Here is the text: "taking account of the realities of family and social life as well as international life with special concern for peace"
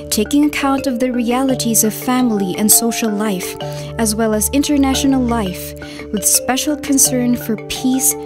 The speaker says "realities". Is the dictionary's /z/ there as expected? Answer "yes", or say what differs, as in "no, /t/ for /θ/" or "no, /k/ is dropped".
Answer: yes